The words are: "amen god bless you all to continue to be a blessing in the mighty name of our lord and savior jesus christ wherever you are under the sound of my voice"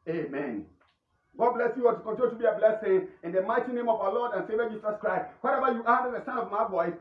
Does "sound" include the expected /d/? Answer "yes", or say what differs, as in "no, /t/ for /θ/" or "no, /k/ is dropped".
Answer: no, /d/ is dropped